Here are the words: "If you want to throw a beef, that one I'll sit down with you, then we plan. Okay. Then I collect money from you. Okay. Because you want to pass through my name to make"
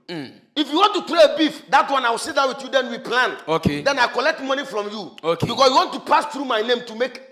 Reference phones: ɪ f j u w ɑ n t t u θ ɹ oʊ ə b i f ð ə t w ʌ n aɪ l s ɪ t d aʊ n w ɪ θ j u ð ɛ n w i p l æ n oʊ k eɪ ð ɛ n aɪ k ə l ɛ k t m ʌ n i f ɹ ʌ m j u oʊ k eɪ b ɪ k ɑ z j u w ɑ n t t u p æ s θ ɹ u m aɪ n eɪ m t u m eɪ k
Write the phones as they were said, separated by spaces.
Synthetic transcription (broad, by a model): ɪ f j u w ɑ n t t u t ɹ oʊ ə b i f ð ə t w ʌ n aɪ w s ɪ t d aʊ w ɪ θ j u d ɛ n w i p l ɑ n oʊ k eɪ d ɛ n aɪ k ə l ɛ k t m ʌ n i f ɹ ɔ m j u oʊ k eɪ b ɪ k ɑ s j u w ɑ n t t u p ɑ s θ ɹ u m aɪ n eɪ m t u m eɪ k